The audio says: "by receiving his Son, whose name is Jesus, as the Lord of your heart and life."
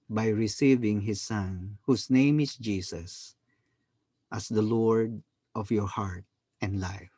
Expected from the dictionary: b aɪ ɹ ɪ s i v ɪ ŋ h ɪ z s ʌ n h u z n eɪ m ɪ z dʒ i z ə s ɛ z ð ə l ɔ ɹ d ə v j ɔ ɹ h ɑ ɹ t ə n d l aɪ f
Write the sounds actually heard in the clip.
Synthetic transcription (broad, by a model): b aɪ ɹ ɪ s i v ɪ ŋ h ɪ s ʌ n h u s n eɪ m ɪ s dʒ i s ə s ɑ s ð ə l ɔ ɹ d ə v j ɔ ɹ h ɑ ɹ t ə n d l aɪ f